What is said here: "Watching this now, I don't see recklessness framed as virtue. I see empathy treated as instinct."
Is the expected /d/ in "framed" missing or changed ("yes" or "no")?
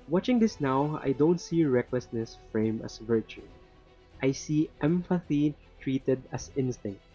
yes